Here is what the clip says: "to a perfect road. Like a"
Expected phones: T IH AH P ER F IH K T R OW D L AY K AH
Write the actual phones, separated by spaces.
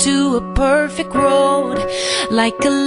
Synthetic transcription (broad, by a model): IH AH P ER F IH K T R OW D L AY K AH